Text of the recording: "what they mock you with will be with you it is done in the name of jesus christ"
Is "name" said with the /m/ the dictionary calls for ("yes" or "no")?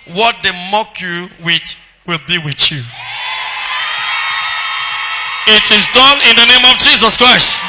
yes